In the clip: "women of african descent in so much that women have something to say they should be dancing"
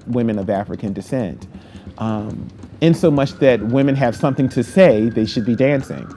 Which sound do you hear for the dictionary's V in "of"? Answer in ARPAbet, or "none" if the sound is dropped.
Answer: V